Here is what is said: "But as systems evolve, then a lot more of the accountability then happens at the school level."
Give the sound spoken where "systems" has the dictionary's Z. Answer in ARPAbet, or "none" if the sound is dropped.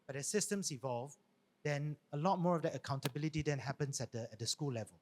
S